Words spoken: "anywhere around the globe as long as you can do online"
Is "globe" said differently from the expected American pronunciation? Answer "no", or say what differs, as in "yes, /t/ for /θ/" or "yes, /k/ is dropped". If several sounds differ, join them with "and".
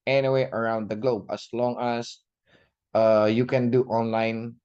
no